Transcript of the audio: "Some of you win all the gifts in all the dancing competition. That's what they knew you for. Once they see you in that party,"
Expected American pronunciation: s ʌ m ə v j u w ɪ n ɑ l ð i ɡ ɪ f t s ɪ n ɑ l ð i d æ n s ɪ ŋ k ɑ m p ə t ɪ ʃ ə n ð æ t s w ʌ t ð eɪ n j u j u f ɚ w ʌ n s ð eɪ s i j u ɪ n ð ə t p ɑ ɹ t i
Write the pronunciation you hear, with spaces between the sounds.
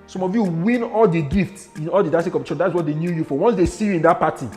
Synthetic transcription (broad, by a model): s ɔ m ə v j u w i n ɑ l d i ɡ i f t s ɪ n ɑ l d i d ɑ s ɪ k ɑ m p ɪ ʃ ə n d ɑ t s w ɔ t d eɪ n j u j u f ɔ w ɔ n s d eɪ s i j u ɪ n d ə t p ɑ t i